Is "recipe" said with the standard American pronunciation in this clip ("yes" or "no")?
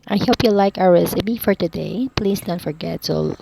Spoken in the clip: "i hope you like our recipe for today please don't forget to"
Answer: no